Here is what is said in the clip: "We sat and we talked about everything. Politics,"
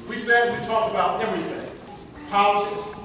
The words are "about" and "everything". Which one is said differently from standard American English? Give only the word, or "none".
none